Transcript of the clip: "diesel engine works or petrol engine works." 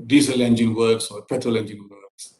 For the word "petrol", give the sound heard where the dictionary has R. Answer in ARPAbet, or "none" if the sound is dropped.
none